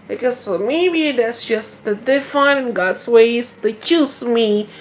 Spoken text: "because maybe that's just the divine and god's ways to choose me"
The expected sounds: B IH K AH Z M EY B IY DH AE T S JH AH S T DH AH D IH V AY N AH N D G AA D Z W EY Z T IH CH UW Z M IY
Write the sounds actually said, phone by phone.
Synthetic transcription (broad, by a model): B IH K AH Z M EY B IY DH AE T S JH AH S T DH AH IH F AY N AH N G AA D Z W EY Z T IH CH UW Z M IY